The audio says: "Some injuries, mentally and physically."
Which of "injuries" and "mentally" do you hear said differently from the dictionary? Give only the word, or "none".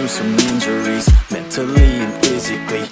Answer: mentally